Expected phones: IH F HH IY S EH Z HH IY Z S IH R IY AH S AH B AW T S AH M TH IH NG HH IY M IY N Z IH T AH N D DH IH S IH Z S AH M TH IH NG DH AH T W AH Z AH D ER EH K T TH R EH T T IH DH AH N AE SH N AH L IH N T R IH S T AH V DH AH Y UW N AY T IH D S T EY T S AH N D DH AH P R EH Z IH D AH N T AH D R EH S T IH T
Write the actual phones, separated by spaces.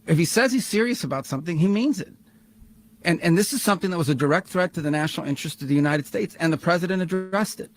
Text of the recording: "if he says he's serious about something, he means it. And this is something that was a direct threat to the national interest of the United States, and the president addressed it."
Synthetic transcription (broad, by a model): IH F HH IY S EH Z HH IY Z S IH R IY AH S AH B AW T S AH M TH IH NG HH IY M IY N Z IH T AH N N DH IH S IH Z S AH M TH IH NG DH AH T W AH Z AH D ER EH K T TH R EH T T IH DH AH N AE SH N L IH N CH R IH S T AH V DH AH Y UW N AY T IH D S T EY T S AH N DH AH P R EH Z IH D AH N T AH D R EH S T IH T